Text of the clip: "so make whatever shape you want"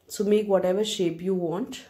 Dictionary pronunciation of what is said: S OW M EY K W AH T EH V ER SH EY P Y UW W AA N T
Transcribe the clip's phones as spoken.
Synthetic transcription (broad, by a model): S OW M EY K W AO T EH V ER SH EY P Y UW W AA N T